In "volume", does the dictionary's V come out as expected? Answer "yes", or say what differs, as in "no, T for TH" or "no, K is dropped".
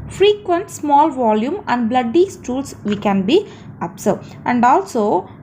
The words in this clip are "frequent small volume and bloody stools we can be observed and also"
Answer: yes